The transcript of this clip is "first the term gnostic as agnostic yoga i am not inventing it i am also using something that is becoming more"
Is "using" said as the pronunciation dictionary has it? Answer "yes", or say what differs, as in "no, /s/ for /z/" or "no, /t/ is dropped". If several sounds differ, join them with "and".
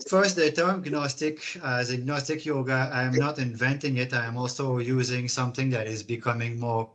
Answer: yes